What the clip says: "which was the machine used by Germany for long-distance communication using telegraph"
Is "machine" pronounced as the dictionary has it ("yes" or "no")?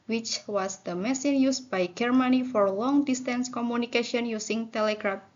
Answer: no